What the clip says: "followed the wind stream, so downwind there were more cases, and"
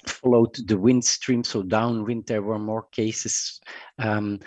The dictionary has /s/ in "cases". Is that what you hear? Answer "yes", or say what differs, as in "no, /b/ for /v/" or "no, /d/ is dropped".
no, /s/ is dropped